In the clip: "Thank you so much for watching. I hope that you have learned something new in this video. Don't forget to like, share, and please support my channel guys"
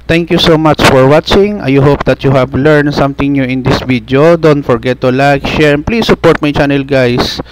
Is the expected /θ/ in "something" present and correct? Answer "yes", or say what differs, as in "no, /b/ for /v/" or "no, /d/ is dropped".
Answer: no, /t/ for /θ/